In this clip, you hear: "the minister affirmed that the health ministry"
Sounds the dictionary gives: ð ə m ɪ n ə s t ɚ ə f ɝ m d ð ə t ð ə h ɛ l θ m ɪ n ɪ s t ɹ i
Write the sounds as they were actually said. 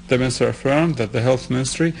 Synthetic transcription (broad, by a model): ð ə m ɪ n s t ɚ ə f ɝ m ð ə t ð ə h ɛ l θ m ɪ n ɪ s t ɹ i